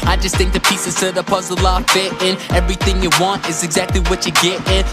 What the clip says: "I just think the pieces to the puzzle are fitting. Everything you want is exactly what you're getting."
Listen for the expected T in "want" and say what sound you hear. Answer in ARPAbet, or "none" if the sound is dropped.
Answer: T